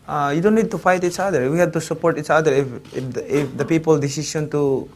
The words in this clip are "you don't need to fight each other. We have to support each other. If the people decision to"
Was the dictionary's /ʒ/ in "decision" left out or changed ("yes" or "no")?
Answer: yes